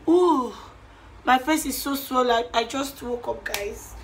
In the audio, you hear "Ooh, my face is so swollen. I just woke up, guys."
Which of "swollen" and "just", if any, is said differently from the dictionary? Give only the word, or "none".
swollen